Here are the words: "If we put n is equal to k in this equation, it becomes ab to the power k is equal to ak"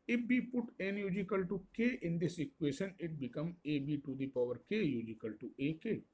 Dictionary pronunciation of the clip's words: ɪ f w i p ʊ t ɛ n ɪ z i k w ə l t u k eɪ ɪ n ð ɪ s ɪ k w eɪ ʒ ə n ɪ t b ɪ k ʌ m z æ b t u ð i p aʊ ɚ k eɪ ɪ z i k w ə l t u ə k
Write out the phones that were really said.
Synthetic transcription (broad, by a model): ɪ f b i p ʊ t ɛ n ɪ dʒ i k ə l t u k eɪ ɪ n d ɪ s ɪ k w eɪ ʃ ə n ɪ t b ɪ k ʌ m ɛ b t u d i p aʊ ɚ k eɪ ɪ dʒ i k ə l t u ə k